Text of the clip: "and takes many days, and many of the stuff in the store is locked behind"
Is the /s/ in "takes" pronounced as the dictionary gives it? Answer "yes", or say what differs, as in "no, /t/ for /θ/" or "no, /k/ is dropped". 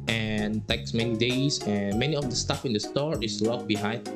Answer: yes